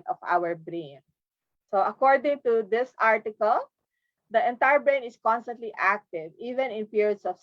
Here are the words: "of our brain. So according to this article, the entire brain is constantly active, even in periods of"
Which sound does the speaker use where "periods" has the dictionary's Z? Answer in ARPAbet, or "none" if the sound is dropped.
S